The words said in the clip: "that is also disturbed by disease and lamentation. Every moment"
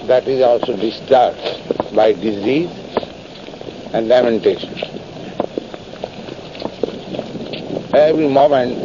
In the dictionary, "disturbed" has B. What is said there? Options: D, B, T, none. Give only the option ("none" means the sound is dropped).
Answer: none